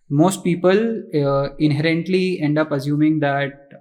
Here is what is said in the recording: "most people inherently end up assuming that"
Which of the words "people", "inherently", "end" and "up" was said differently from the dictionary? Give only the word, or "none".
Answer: none